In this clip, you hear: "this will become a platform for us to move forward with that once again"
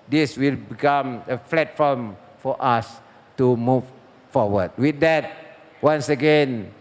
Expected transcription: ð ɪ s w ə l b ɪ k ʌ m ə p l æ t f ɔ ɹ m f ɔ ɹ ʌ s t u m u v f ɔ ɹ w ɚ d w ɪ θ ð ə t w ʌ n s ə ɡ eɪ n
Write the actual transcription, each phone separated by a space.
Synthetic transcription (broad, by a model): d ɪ s w ə l b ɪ k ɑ m ə f l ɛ t f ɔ m f ɔ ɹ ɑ s t u m u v f ɔ w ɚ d w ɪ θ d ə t w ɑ n s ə ɡ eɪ n